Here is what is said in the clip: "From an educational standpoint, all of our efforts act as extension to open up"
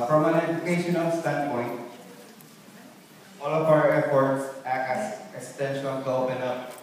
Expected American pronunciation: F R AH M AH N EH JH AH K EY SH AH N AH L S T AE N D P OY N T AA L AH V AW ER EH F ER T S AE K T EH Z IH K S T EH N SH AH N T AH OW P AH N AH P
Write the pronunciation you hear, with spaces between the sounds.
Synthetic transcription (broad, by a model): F R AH M AH N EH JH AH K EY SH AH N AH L S T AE N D P OY N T AA L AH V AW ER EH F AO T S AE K EH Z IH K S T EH N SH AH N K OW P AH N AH